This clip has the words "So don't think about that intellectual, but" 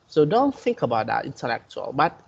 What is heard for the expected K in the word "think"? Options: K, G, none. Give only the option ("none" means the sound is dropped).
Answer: K